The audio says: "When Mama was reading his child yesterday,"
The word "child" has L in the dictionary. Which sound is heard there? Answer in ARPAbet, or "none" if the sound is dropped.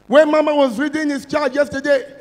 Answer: none